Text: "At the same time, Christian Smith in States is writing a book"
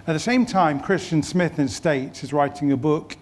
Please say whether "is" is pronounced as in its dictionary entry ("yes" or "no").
yes